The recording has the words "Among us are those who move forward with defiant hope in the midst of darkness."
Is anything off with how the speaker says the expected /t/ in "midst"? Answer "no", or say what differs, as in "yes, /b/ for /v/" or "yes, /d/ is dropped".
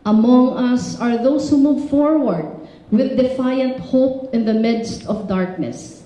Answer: no